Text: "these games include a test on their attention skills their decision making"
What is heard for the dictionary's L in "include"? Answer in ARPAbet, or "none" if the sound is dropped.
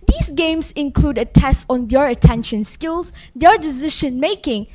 L